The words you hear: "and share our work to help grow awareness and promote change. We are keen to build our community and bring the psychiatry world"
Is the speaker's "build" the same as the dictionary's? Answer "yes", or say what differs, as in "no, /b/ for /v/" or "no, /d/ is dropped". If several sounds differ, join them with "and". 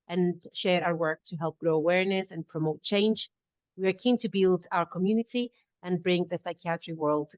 yes